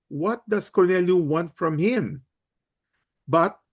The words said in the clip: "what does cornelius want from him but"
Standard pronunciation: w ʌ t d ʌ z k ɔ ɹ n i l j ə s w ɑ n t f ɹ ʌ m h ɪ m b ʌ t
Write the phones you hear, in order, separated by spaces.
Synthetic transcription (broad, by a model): w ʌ t d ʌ s k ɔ ɹ n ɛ l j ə w ɑ n t f ɹ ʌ m h ɪ m b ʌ t